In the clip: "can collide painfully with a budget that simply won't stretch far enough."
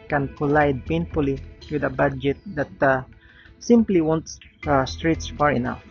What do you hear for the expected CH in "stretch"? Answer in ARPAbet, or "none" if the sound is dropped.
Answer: S